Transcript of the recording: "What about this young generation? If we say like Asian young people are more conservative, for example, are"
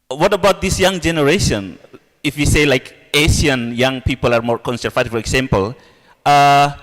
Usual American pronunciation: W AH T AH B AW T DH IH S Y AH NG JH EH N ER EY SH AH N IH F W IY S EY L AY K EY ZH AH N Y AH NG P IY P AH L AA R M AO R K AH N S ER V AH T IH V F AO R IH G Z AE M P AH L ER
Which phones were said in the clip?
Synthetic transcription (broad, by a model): W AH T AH B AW T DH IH S Y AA NG JH EH N ER EY SH AH N IH F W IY S EY L AY K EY SH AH N Y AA NG P IY P AH L AA R M AO R K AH N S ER F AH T F AO R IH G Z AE M P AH L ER